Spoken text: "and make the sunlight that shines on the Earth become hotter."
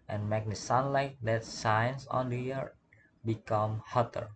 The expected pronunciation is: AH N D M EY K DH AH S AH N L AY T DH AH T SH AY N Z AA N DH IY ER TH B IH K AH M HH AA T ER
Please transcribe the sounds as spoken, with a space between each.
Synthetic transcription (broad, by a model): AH N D M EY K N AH S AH N L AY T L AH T S AY N S AA N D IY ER B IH K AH M HH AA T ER